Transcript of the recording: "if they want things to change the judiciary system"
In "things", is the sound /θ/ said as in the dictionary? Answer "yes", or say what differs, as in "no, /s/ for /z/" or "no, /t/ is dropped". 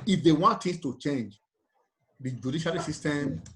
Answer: no, /t/ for /θ/